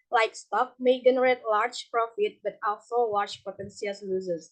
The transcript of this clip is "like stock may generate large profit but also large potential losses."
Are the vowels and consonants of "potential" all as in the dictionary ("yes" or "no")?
no